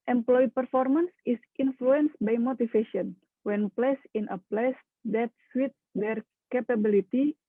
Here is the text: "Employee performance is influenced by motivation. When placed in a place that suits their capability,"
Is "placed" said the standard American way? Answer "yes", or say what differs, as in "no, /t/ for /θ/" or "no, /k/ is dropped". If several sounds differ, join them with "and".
no, /t/ is dropped